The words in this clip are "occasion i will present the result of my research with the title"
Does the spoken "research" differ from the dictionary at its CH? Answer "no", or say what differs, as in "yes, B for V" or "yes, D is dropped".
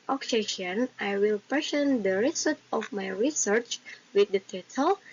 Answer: no